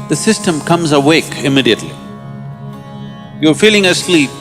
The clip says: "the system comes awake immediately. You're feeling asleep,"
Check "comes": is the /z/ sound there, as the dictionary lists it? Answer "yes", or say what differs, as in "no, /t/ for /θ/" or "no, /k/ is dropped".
yes